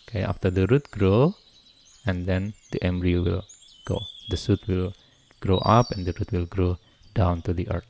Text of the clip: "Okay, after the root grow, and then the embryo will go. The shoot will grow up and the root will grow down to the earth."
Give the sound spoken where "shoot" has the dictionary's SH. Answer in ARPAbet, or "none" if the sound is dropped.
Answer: S